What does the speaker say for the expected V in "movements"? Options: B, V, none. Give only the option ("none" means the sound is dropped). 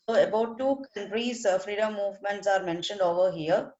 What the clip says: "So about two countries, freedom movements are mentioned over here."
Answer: V